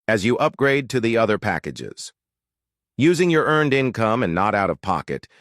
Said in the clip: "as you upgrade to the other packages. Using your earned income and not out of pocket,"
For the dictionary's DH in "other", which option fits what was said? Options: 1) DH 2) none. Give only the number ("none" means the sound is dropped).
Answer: 1